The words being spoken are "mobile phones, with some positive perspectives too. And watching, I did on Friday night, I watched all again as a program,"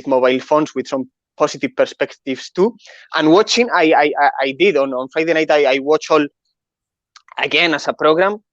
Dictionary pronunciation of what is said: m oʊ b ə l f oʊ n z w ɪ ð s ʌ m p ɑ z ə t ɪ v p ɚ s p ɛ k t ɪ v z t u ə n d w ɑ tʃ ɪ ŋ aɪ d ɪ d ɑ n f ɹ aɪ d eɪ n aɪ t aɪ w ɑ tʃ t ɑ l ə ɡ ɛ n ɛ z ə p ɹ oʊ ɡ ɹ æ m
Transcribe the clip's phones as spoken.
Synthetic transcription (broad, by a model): m oʊ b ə l f oʊ n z w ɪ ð s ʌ m p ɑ s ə t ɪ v p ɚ s p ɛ k t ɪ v s t u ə n w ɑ tʃ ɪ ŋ aɪ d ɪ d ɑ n f ɹ aɪ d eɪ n aɪ t aɪ w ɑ tʃ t ɑ l ə ɡ ɛ n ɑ s ə p ɹ oʊ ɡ ɹ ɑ m